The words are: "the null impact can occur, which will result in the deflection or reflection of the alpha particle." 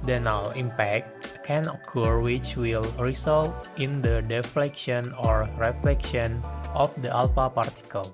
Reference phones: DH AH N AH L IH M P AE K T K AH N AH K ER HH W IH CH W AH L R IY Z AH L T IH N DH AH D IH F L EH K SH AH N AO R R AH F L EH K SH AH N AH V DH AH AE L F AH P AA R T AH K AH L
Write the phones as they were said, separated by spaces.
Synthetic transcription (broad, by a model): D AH N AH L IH M P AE K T K AH N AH K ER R W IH CH W AH L R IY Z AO L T IH N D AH D IH F L EH K SH AH N AO R R AH F L EH K SH AH N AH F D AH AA L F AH P AA R T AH K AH L